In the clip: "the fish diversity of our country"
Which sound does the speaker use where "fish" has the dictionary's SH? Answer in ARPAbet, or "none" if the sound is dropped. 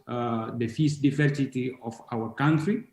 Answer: S